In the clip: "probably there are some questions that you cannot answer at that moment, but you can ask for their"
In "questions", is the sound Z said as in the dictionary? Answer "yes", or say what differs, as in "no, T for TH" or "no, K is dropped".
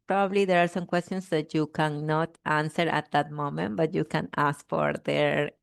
no, S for Z